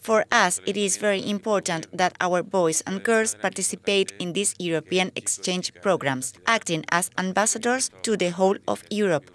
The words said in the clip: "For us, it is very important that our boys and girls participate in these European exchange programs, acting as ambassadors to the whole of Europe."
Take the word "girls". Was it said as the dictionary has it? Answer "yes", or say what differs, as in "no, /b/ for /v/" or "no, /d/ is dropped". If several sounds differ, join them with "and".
no, /s/ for /z/